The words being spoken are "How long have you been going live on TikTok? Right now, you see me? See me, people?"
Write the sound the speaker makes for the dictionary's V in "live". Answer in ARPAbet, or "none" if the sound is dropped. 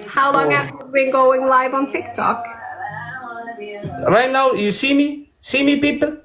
V